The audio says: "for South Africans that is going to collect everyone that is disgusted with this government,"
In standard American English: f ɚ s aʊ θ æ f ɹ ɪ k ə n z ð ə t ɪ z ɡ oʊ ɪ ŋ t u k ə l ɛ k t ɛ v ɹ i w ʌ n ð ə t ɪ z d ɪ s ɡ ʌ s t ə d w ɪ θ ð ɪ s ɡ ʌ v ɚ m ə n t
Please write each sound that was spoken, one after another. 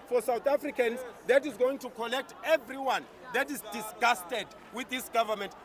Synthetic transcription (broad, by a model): f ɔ s aʊ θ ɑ f ɹ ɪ k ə n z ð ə t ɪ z ɡ oʊ ɪ ŋ t u k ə n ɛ k t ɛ v ɹ i w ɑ n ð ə t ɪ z d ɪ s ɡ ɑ s t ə d w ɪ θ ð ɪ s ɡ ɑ v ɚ m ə n t